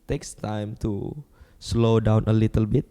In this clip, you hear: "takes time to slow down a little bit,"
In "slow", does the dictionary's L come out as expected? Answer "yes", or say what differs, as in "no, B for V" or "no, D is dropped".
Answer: yes